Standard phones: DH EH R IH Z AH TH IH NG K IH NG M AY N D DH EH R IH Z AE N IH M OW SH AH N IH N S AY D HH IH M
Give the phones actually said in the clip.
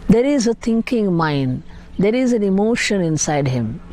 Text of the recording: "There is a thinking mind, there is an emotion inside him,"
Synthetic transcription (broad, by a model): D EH R IH Z AH T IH NG K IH NG M AY N D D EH R IH Z AE N IH M OW SH AH N IH N S AY D HH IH M